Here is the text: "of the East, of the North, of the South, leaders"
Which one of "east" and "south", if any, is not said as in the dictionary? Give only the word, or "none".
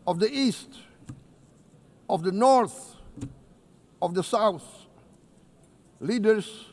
none